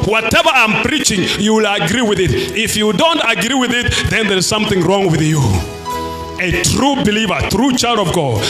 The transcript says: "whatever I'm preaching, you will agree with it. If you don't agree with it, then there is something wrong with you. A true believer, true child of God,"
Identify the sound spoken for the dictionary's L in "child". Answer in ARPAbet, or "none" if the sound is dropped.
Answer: L